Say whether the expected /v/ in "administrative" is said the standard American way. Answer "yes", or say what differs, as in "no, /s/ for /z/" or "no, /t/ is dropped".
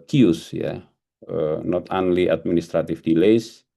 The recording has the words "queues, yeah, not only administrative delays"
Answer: no, /f/ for /v/